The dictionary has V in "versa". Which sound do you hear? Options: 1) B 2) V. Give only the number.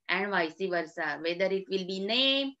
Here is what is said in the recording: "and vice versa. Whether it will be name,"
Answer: 2